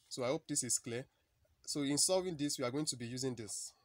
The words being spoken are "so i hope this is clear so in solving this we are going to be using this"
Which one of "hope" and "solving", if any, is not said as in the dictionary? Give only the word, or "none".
solving